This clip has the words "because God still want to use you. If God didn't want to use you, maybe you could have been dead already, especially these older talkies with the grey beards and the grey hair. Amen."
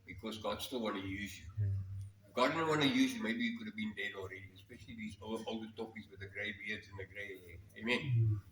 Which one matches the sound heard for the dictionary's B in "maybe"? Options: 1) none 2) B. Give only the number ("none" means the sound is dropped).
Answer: 2